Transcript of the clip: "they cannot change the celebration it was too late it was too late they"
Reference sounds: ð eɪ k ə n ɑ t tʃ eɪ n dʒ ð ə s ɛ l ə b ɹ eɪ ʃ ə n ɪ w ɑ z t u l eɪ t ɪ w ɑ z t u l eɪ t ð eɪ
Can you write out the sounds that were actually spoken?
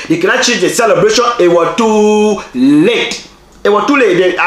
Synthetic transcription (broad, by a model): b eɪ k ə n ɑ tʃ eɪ dʒ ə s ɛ l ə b ɹ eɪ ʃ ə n ɪ w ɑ t u l eɪ t ɪ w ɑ t u l eɪ t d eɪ